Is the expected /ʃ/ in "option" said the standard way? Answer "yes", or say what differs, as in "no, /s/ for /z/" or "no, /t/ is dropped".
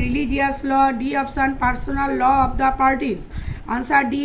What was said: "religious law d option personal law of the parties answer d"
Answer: no, /s/ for /ʃ/